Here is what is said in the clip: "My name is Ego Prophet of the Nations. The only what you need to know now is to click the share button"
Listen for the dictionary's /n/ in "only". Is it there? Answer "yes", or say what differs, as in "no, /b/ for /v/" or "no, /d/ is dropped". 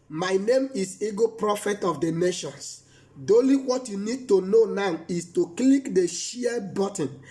no, /n/ is dropped